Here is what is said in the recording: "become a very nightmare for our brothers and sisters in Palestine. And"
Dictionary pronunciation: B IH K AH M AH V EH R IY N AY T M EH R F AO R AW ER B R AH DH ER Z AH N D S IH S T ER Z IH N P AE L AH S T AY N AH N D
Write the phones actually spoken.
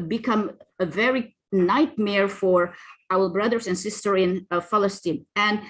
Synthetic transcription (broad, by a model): B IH K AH M AH V EH R IY N AY T M EH R F AO R AW ER B R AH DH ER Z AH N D S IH S T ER IH N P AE L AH S T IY N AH N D